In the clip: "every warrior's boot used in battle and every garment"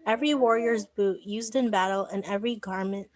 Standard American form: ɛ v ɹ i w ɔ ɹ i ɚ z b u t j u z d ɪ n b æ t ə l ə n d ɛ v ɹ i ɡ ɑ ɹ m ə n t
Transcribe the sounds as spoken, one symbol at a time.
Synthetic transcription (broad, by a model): ɛ v ɹ i w ɔ ɹ i ɚ z b u t j u z d ɪ n b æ t l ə n ɛ v ɹ i ɡ ɑ ɹ m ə n t